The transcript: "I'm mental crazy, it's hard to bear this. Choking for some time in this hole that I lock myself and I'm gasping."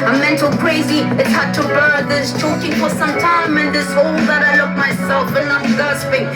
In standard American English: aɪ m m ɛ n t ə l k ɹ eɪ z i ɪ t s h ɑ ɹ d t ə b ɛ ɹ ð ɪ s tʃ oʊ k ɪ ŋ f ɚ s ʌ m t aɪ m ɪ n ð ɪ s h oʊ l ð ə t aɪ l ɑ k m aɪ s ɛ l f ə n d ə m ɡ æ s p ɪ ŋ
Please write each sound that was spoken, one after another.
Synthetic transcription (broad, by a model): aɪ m m ɛ n t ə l k ɹ eɪ z i ɪ t s h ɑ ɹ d t ə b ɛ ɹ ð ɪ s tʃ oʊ k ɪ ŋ f ɚ s ʌ m t aɪ m ɪ n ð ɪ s h oʊ l ð ə t aɪ l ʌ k m aɪ s ɛ l f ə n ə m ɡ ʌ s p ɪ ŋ